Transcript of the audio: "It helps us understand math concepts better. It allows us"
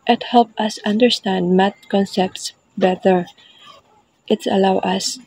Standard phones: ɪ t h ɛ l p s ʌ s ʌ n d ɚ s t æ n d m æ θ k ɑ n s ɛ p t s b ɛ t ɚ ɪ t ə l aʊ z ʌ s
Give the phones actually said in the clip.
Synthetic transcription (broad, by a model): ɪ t h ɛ l p ʌ s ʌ n d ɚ s t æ n d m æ t k ɑ n s ɛ p t s b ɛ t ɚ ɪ t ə l aʊ ʌ s